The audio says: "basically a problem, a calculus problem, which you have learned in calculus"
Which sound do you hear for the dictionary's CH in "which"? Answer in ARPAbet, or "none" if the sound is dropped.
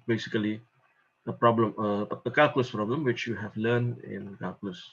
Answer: CH